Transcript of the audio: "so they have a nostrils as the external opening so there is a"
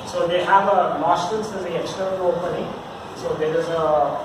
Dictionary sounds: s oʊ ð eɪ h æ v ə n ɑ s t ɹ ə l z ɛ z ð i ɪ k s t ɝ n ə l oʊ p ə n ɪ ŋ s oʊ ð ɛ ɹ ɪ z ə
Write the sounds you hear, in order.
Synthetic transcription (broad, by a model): s oʊ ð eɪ h æ v ə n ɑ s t ə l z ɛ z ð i ɪ k s t ɝ n ə l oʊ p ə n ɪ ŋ s oʊ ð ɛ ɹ ɪ z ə